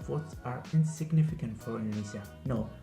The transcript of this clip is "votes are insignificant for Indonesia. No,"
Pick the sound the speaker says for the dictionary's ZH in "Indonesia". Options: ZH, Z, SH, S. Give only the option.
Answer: Z